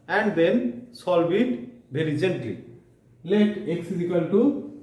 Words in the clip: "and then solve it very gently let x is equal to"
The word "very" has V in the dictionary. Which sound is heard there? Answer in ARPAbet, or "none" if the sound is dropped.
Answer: B